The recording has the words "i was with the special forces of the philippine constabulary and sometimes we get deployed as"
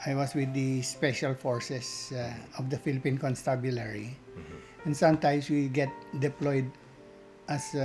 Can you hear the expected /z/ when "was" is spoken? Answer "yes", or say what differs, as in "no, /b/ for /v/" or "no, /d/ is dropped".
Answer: no, /s/ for /z/